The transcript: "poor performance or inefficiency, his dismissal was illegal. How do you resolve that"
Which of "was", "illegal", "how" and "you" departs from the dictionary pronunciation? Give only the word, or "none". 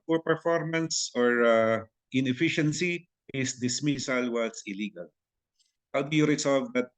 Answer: was